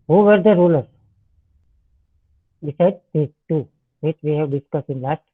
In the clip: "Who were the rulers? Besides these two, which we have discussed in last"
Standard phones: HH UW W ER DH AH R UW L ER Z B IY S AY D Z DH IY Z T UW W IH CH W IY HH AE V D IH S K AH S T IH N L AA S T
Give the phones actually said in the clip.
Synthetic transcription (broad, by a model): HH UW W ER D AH R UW L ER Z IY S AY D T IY T UW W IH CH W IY HH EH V D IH S K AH S IH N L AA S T